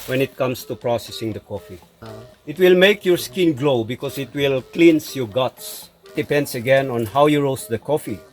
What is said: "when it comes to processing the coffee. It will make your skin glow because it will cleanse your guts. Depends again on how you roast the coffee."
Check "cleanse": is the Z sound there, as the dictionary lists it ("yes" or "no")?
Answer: no